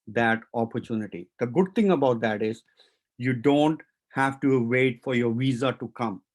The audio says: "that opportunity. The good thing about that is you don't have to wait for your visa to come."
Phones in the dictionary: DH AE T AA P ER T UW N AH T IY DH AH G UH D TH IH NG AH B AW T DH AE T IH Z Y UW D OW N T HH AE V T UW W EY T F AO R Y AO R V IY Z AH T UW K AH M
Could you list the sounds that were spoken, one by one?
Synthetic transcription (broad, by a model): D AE T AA P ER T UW N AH T IY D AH G UH D T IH NG AH B AW T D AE T IH Z Y UW D OW N T HH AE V T UW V EY T F AO R Y AO R V IY Z AH T UW K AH M